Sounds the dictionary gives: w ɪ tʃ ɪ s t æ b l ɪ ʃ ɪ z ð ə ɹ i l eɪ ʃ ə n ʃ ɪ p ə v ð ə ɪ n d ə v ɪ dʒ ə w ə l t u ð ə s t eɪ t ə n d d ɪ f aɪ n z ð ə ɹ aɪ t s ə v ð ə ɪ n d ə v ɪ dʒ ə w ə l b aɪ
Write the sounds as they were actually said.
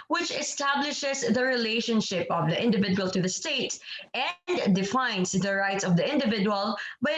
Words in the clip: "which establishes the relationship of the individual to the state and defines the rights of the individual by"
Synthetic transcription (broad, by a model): w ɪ tʃ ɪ s t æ b l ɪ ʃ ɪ s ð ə ɹ i l eɪ ʃ ə n ʃ ɪ p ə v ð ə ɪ n d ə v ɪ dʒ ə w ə l t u ð ə s t eɪ t ə n d d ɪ f aɪ n s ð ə ɹ aɪ t s ə v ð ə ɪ n d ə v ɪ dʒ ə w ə l b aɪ